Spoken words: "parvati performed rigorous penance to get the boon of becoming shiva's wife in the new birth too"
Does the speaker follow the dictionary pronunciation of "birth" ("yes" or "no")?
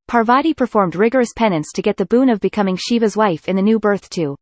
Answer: yes